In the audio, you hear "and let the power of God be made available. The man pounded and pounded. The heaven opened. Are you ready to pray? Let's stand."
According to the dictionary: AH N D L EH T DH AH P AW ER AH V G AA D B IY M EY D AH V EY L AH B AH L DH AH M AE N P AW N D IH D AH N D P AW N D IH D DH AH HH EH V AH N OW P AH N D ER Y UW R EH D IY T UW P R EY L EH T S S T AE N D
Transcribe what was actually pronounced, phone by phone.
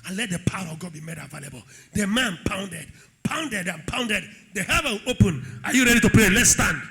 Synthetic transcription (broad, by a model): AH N L EH T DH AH P AW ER AH V G AA D B IY M EY D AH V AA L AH B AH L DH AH M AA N P AW N D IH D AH N D P AW N D IH D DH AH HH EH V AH OW P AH N AA Y UW R EH D IY T UW P R EY L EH T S S T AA N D